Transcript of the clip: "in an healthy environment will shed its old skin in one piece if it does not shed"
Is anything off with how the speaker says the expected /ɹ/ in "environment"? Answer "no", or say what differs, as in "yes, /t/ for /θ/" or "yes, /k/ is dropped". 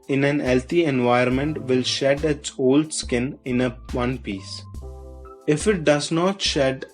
yes, /ɹ/ is dropped